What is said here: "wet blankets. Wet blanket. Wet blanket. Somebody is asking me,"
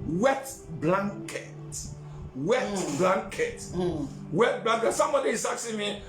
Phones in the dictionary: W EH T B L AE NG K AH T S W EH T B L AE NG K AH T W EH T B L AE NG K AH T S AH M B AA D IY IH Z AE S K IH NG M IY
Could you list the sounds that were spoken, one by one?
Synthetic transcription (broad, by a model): W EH T B L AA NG K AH T W EH T B L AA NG K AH T W EH T B L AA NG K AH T S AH M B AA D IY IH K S IH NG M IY